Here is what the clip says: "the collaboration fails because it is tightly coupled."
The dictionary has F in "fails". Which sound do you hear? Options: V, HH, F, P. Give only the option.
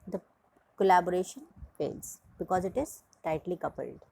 P